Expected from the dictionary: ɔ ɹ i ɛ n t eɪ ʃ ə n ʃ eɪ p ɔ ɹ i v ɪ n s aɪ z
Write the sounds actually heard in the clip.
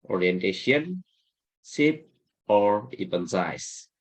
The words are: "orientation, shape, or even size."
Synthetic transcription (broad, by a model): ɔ ɹ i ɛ n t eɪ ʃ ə n s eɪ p ɔ ɹ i p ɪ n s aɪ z